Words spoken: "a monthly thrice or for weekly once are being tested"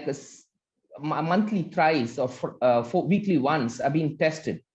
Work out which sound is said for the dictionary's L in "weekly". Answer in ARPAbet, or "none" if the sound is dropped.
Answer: L